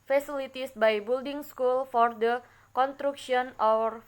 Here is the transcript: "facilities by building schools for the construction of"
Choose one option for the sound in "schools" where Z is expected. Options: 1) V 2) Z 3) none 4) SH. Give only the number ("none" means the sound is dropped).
3